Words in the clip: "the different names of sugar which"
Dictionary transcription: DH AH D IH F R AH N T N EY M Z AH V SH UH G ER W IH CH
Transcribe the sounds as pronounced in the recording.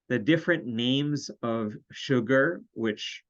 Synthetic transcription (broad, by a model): DH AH D IH F R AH N N EY M Z AH V SH UH G ER W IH CH